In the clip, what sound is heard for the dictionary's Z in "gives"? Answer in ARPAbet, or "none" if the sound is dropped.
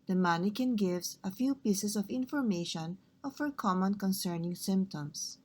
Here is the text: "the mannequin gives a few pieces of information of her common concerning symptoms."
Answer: S